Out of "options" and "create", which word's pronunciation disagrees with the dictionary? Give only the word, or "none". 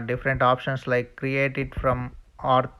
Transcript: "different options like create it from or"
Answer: options